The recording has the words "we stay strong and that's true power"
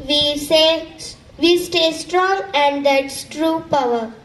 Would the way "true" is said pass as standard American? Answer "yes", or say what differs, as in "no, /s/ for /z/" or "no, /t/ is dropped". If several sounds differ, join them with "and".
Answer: yes